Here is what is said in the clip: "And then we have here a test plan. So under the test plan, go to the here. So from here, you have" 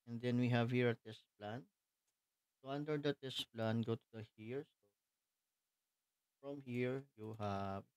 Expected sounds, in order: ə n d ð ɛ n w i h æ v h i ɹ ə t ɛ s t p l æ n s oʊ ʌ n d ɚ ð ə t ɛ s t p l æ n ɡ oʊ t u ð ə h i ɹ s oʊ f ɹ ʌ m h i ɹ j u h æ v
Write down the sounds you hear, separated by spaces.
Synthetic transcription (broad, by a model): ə n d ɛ n w i h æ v h i ɹ ə t ɛ s t p l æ n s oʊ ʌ n d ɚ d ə t ɛ s t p l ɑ n ɡ oʊ t u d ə h i ɹ s oʊ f ɹ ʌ m h i ɹ j u h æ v